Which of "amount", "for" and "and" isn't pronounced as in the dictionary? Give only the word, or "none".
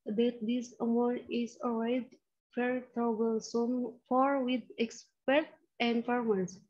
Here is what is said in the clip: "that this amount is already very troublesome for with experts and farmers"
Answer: amount